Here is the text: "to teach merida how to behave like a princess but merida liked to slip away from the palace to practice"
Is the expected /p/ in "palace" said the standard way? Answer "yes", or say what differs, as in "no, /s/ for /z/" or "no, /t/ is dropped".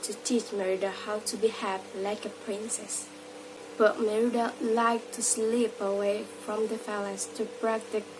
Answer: no, /f/ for /p/